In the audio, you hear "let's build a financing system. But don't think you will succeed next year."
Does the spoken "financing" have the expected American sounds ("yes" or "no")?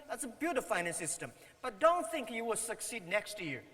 no